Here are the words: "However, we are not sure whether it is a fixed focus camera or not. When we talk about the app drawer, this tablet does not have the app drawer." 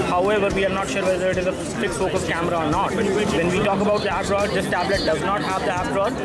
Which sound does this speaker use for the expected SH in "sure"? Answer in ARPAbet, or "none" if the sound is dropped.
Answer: SH